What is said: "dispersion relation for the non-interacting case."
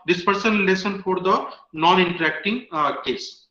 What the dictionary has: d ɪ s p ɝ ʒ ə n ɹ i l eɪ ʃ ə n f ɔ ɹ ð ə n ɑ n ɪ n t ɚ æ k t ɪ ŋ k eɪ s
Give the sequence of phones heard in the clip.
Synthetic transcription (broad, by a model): d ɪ s p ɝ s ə n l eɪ s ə n f ɔ ɹ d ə n ɑ n ɪ n t ɚ æ k t ɪ ŋ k eɪ s